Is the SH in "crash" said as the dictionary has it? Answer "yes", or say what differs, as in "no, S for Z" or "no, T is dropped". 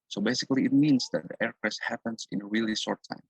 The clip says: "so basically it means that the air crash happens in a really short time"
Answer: no, S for SH